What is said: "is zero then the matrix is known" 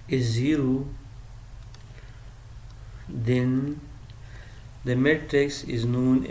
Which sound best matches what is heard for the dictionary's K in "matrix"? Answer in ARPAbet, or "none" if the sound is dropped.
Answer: K